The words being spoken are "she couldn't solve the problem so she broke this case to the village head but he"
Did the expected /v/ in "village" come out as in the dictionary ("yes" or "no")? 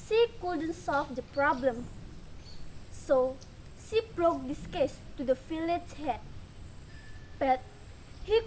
no